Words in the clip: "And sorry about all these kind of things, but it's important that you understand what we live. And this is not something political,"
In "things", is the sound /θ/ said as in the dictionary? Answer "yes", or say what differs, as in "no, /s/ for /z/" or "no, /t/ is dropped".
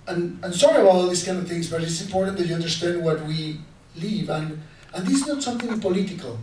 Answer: yes